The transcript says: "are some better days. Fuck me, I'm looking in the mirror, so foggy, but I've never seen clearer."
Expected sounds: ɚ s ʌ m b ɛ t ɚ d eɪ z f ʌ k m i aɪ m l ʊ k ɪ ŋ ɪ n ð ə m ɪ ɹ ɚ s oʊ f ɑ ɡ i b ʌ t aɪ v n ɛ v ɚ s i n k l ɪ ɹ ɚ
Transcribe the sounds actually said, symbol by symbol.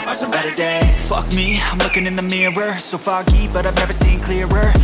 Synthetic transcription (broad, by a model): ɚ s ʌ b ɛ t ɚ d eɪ f ʌ k m i aɪ m l ʊ k ɪ ŋ ɪ n ð ə m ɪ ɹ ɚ s oʊ f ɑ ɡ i b ʌ t aɪ v n ɛ v ɚ s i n k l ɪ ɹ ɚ